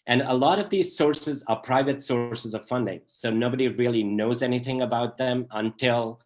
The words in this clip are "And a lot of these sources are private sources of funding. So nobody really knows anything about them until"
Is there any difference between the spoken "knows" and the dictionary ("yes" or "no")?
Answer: no